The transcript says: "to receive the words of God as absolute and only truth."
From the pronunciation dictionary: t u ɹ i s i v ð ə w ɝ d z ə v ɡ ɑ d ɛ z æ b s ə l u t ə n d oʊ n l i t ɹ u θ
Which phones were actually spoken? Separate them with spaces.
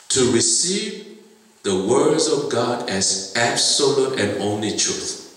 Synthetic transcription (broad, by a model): t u ɹ i s i v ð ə w ɝ d z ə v ɡ ɑ d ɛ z æ b s ə l u t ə n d oʊ n l i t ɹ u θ